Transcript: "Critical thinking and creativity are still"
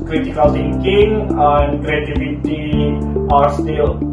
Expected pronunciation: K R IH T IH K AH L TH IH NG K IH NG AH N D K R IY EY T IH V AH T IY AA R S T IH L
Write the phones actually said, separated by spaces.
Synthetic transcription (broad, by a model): K R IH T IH K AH L S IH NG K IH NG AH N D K R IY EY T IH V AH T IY AA R S T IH L